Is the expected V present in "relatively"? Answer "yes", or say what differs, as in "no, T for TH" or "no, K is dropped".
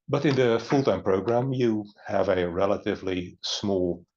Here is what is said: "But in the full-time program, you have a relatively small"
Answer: yes